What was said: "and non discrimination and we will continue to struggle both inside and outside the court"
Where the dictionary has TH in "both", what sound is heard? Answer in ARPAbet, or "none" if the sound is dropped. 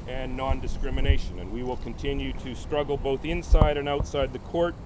TH